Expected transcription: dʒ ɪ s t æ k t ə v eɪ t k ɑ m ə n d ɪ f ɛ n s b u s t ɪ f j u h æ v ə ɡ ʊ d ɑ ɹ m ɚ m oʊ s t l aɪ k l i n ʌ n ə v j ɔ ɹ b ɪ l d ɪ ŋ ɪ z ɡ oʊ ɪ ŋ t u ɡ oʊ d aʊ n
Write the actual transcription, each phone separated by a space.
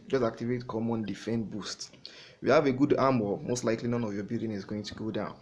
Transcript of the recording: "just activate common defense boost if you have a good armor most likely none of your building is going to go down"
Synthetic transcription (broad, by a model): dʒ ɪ s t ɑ k t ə v eɪ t k ɑ m ə n d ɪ f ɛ n b u s t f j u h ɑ v ə ɡ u d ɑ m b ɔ m oʊ s t l aɪ k l i n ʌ n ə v j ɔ b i l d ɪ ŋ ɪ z ɡ oʊ ɪ ŋ t u ɡ oʊ d aʊ n